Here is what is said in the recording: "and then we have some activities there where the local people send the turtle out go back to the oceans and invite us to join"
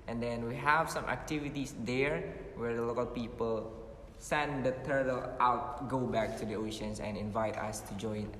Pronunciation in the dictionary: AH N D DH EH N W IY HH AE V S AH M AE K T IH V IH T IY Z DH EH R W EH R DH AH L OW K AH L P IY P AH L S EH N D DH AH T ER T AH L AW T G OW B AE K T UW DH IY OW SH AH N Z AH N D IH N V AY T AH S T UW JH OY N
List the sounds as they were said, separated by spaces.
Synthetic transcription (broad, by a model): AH N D EH N W IY HH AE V S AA M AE K T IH V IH T IY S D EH R W EH R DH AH L OW K AH L P IY P AH L S EH N D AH T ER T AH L AW T G OW B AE K T UW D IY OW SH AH N S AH N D IH N V AY T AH S T UW JH OY N